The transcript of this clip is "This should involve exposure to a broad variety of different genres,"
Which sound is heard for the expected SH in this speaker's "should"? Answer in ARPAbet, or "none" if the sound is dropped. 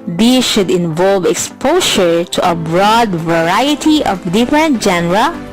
SH